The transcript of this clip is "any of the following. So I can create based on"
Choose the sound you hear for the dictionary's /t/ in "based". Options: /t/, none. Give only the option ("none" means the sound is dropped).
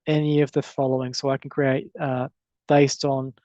/t/